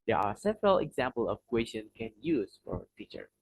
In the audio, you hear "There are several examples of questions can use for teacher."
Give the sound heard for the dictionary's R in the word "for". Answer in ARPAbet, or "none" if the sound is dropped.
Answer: R